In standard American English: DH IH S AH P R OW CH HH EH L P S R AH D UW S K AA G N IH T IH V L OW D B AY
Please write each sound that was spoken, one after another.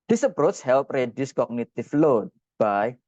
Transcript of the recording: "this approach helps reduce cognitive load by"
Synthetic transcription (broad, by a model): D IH S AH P R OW S HH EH L P R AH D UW S K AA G N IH T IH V L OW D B AY